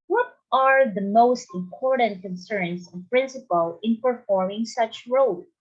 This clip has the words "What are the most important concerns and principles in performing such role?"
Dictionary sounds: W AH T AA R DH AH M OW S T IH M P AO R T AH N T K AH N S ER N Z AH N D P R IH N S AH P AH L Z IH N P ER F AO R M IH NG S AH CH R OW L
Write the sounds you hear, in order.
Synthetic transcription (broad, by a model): W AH T AA R DH AH M OW S T IH M P AO R T AH N T K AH N S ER N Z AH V P R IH N S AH P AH L IH N P ER F AO R M IH NG S AH CH R OW L